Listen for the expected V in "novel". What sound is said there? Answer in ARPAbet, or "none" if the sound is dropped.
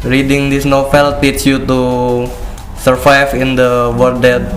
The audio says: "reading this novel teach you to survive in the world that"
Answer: F